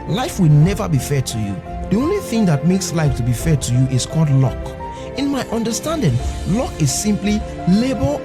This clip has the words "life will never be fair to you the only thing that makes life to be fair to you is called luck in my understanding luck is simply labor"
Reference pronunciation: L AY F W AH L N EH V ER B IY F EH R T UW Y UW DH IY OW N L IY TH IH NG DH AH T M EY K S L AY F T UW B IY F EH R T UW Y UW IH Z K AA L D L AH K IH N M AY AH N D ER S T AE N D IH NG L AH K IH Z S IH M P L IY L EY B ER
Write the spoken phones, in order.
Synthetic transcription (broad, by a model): L AY F W AH L N EH V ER B IY F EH T UW Y UW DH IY OW N L IY TH IH NG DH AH T M EY K S L AY F T UW B IY F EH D T UW Y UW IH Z K AA L D L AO K IH N M AY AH N D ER S T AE N D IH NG L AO K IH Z S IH M P L IY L EY B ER